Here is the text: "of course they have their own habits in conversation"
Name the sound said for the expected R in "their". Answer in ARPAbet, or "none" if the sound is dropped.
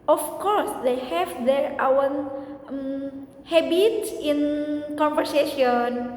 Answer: W